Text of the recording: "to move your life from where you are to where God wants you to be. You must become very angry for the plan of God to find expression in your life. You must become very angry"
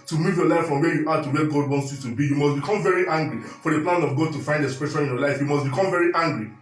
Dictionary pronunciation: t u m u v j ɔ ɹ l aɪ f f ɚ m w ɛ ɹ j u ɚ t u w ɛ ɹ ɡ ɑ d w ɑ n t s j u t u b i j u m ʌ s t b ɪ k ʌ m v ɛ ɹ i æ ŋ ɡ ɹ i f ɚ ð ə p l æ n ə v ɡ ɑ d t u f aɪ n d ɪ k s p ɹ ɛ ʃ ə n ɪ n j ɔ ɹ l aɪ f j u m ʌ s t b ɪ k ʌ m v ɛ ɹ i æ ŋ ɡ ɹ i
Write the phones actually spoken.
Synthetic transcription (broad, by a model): t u m u v j ɔ l aɪ f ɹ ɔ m w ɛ j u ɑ t u w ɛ ɡ ɑ d w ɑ n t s j u t u b i j u m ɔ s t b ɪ k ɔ m v ɛ ɹ i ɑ ŋ ɡ ɹ i f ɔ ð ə p l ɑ n ə v ɡ ɑ d t u f aɪ n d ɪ s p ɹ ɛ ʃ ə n ɪ n j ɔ l aɪ f j u m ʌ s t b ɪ k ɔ m v ɛ ɹ i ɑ ŋ ɡ ɹ i